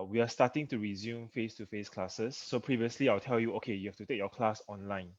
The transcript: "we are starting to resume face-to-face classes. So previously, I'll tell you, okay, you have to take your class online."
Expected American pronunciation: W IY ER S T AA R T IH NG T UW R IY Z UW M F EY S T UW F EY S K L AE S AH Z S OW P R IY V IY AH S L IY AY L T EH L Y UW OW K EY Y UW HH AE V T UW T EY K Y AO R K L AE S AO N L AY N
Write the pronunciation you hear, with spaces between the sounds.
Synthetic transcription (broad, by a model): W IY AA S T AA T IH NG T UW R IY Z UW M F EY S T UW F EY S K L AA S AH S OW P R IY V IY AH S L IY AY L T EH L Y UW OW K EY Y UW HH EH F T UW T EY K Y AO K L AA S AO N L AY N